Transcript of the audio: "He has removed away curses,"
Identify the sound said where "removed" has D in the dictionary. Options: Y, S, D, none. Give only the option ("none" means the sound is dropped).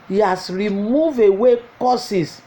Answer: none